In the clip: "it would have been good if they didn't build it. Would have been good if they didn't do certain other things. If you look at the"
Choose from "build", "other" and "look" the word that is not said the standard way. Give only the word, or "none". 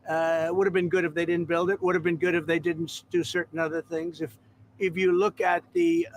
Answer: none